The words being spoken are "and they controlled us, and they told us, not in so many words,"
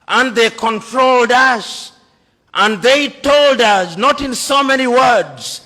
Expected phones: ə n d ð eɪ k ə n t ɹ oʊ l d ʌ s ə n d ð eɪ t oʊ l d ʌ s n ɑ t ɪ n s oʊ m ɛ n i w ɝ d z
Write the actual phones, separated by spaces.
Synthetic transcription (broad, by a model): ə n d ð eɪ k ə n t ɹ oʊ l d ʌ s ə n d ð eɪ t oʊ l d ʌ s n ɑ t ɪ n s oʊ m ɛ n i w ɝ d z